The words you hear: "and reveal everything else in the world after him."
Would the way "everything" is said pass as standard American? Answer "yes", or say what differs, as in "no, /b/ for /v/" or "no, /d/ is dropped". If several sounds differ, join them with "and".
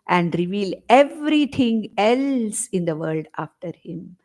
no, /t/ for /θ/